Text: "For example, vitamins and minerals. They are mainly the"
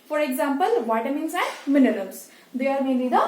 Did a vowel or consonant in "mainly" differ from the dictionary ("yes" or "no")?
yes